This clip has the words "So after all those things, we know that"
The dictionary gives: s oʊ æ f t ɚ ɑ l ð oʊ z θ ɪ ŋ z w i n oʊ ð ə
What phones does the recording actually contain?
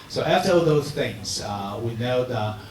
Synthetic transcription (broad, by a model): s oʊ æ t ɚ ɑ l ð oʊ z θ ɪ ŋ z w i n oʊ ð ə